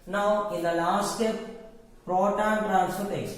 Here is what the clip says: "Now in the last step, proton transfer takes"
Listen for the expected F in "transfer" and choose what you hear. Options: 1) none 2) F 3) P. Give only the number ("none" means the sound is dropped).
1